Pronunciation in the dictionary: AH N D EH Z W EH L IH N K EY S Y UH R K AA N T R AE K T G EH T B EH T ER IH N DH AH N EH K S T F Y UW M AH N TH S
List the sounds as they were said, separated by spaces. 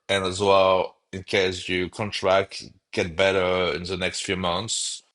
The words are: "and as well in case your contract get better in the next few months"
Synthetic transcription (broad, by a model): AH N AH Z W EH L IH N K EY S Y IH K AA N T R AE K T G EH T B EH T ER IH N DH AH N EH K S T F Y UW M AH N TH S